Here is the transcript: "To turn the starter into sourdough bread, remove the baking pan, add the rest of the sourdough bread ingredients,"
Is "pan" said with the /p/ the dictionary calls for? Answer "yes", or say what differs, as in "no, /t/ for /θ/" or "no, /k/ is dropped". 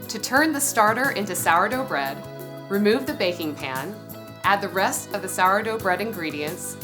yes